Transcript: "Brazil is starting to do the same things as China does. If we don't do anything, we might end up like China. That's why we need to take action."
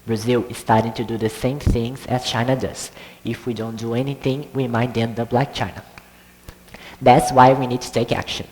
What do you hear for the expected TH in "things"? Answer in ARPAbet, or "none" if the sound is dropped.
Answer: TH